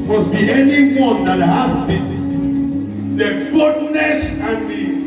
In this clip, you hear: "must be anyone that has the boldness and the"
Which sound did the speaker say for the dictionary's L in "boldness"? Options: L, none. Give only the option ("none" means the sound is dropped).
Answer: none